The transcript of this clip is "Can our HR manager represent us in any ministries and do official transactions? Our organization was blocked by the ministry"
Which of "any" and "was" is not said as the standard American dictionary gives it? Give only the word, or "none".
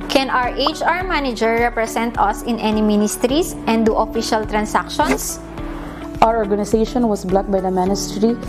was